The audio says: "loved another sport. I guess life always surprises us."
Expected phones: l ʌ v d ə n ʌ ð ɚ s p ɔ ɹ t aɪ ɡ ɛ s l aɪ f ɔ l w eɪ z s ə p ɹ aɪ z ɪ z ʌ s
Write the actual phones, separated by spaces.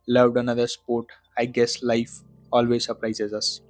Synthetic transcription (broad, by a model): l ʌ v d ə n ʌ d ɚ s p ɔ ɹ t aɪ ɡ ɛ s l aɪ f ɔ l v eɪ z s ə p ɹ aɪ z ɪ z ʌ s